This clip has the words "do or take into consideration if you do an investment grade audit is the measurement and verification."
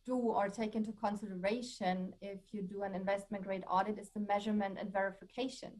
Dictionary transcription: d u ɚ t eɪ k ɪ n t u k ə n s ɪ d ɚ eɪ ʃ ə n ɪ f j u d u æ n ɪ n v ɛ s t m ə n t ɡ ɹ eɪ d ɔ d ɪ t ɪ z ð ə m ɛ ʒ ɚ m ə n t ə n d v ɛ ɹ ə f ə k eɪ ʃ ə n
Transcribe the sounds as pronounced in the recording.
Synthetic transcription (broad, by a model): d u ɚ t eɪ k ɪ n t u k ə n s ɪ d ɚ eɪ ʃ ə n ɪ f j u d u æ n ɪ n v ɛ s t m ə n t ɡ ɹ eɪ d ɔ d ɪ t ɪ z ð ə m ɛ ʒ ɚ m ə n t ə n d v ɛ ɹ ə f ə k eɪ ʃ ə n